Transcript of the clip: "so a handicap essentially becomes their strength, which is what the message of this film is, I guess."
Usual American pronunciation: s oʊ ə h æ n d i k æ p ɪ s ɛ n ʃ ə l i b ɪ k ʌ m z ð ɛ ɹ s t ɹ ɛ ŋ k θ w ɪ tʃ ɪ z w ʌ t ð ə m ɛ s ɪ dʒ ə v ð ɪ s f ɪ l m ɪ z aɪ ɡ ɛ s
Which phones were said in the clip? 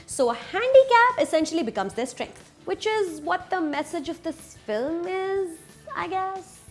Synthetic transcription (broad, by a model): s oʊ ə h æ n d i k æ p ɪ s ɛ n ʃ ə l i b ɪ k ʌ m z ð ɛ s t ɹ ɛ ŋ k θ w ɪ tʃ ɪ z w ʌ t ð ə m ɛ s ɪ dʒ ə v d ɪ s f ɪ l m ɪ z aɪ ɡ ɛ s